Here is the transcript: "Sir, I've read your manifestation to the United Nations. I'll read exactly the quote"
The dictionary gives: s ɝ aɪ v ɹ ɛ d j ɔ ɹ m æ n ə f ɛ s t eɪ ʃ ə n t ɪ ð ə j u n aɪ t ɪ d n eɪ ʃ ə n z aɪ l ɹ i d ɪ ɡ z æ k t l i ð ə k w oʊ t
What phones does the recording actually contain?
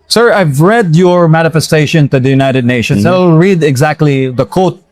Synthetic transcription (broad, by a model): s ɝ aɪ v ɹ ɛ d j ɔ ɹ m æ n ə f ɛ s t eɪ ʃ ə n t ɪ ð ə j u n aɪ t ɪ d n eɪ ʃ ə n s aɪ l ɹ i d ɪ ɡ z æ k t l i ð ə k oʊ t